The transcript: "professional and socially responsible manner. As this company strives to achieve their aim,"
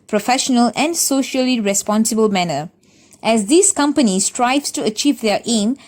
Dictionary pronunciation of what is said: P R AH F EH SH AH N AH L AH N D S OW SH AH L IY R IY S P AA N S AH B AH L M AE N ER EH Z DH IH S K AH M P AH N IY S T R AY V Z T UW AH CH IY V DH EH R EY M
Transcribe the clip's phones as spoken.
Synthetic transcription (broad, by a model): P R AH F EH SH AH N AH L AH N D S OW SH AH L IY R IY S P AA N S AH B AH L M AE N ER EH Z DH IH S K AH M P AH N IY S T R AY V S T UW AH CH IY V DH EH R EY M